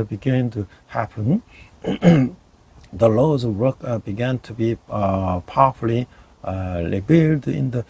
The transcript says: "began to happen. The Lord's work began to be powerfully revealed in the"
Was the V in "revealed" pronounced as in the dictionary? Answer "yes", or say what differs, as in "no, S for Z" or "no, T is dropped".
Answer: no, B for V